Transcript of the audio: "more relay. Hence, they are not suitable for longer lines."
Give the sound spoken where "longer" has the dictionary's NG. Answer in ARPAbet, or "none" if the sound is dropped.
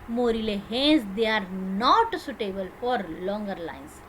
NG